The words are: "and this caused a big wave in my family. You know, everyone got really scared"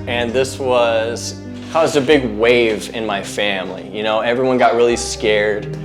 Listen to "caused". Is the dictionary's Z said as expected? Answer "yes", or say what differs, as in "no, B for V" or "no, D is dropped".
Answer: yes